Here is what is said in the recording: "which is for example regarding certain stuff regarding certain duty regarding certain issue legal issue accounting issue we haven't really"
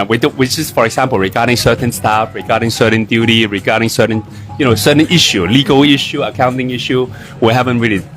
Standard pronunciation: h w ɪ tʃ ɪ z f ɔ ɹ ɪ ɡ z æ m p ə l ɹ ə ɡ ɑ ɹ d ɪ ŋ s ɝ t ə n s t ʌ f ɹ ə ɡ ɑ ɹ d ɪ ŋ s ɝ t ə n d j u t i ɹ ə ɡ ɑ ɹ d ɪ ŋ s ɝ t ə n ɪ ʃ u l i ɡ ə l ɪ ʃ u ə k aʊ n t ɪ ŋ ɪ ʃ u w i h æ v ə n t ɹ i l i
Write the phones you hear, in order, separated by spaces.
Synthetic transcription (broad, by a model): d w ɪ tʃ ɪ s f ɔ ɹ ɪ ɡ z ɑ m p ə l ɹ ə ɡ ɑ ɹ d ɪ ŋ s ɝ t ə n s t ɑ f ɹ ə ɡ ɑ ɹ d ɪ ŋ s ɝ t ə n d j u t i ɹ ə ɡ ɑ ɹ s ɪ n s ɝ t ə n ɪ ʃ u l i ɡ ə l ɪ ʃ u ə k aʊ n t ɪ ŋ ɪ ʃ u w i h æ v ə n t ɹ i l i